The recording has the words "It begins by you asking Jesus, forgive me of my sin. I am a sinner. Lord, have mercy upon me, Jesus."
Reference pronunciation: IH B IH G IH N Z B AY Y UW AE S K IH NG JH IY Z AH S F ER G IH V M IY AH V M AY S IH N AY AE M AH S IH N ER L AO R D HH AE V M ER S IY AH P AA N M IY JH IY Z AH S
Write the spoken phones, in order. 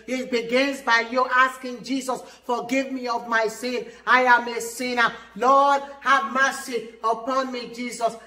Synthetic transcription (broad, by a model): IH B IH G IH N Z B AY Y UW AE S K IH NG JH IY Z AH S F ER G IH V M IY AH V M AY S IH N AY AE M AH S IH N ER L AO D HH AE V M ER S IY AH P AA N M IY JH IY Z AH S